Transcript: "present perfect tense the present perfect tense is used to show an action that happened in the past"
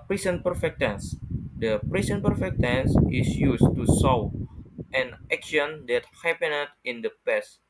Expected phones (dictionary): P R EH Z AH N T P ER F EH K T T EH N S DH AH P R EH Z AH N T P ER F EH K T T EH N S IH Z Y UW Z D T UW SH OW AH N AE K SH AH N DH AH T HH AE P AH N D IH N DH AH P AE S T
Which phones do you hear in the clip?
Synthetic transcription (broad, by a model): P R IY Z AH N P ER F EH K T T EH N S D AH P R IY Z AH N P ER F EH K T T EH N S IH S Y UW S T UW S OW AH N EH K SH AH N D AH T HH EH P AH N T IH N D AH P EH S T